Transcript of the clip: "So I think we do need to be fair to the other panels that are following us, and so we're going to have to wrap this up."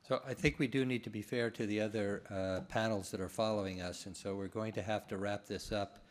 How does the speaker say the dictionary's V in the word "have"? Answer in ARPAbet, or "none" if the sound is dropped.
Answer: F